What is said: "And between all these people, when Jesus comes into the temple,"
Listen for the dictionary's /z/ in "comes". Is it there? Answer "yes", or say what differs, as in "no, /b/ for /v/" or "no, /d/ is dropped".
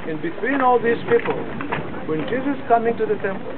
no, /z/ is dropped